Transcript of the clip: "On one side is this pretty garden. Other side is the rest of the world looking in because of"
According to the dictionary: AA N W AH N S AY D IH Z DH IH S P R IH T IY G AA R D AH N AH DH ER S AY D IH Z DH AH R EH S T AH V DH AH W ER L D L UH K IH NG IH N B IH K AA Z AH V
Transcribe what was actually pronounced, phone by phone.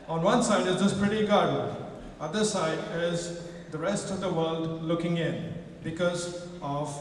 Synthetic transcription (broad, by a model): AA N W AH N S AY D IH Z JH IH S P R IH T IY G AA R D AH AH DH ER S AY D IH Z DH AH R EH S T AH V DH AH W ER L D L UH K IH NG IH N B IH K AA Z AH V